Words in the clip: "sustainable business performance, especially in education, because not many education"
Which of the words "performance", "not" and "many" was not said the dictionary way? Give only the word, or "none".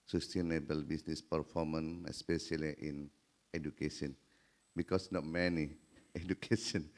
performance